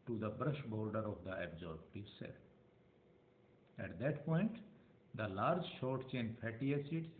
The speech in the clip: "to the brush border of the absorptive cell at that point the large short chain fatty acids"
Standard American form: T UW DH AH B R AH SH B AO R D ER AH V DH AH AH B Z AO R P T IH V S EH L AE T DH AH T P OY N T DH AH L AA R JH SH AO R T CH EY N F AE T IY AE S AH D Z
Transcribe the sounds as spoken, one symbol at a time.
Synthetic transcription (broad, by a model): T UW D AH B R AH SH B AO R D ER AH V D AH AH B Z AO R B T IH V S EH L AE T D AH T P OY N T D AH L AA R JH SH AO R T CH EY N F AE T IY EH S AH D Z